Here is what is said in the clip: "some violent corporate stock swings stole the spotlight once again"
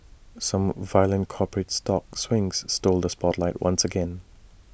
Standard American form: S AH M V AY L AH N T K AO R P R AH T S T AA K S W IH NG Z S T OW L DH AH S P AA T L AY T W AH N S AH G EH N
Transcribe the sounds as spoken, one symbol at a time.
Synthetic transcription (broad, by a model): S AH M V AY L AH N K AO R P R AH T S T AA K S W IH NG Z S T OW L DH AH S P AA T L AY T W AH N S AH G EH N